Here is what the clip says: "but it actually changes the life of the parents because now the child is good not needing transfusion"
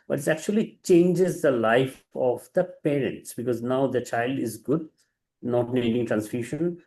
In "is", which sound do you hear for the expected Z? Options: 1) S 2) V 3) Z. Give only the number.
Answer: 3